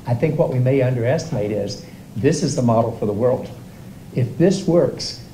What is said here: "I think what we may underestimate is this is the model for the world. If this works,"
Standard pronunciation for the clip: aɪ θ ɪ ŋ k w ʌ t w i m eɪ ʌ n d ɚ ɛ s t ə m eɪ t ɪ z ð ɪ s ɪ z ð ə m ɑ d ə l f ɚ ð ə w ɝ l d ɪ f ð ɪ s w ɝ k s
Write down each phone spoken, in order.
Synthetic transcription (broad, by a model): aɪ θ ɪ ŋ k w ʌ t w i m eɪ ʌ n d ɚ ɛ s t ə m eɪ t ɪ z ð ɪ s ɪ z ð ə m ɑ d l f ɚ ð ə w ɝ l d ɪ f ð ɪ s w ɝ k s